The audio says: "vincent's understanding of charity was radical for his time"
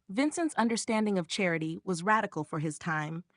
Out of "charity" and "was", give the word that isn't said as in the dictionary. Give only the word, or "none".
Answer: none